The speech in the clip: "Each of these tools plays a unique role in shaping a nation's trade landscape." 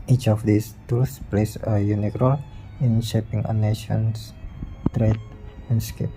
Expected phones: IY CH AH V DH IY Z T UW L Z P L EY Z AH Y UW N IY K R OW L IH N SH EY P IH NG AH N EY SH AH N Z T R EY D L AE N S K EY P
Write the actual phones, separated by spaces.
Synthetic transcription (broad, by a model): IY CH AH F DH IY S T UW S P L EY S AH Y UW N IY K R OW L IH N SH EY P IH NG AH N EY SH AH N S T R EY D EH N S K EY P